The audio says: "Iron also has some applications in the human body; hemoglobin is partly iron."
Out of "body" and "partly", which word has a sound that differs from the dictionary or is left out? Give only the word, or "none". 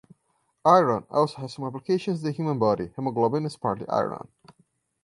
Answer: partly